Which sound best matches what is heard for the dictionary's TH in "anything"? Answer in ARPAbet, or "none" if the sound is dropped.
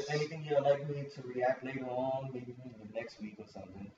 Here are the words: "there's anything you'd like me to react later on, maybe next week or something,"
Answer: T